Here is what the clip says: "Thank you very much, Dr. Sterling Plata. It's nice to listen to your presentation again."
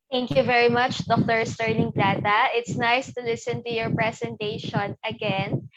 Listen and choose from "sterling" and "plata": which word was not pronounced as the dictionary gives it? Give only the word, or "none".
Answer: sterling